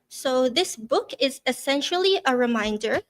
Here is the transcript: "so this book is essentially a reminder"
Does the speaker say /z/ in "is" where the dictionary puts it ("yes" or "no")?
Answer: yes